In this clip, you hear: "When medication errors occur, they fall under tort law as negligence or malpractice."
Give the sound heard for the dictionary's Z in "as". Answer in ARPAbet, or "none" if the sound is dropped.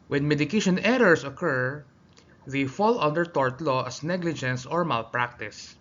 S